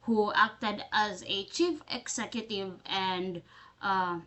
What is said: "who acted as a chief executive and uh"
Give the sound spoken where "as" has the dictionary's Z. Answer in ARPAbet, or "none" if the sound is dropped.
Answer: Z